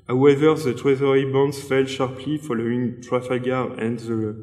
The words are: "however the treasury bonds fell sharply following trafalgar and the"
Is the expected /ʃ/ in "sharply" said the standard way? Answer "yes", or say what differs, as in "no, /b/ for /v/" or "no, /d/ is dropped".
yes